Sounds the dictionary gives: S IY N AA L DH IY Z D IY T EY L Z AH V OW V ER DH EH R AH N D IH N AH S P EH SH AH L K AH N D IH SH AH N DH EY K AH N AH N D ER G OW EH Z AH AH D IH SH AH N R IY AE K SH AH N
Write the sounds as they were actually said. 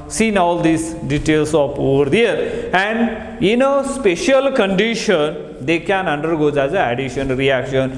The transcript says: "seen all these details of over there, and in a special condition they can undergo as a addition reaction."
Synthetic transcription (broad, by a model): S IY N AA L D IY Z D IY T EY L S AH P OW V ER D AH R AH N D IH N AH S P EH SH AH L K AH N D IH SH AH N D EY K AH N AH N D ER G OW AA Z AH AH D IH SH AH N R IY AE K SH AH N